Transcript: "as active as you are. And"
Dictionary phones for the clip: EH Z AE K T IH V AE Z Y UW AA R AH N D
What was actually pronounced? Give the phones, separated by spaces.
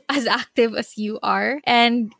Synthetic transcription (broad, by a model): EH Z AE K T IH V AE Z Y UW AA R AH N D